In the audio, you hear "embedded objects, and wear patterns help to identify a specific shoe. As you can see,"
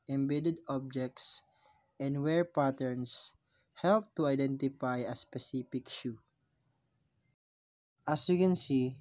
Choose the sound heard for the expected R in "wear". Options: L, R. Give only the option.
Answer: R